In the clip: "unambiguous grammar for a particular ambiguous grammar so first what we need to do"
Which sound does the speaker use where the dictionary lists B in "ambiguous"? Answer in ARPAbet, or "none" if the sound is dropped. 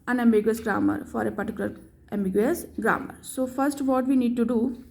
none